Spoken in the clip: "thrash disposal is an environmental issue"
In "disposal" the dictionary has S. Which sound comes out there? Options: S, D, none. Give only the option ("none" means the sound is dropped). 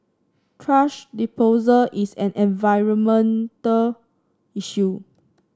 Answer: none